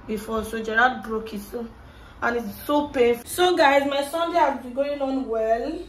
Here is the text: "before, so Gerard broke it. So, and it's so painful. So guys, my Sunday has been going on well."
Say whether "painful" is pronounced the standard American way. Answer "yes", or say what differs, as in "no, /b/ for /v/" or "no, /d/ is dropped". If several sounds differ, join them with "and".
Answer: no, /n/ is dropped